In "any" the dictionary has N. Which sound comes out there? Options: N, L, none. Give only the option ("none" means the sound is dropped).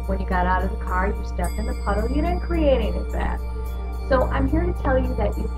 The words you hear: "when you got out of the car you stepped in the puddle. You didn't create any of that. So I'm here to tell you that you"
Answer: none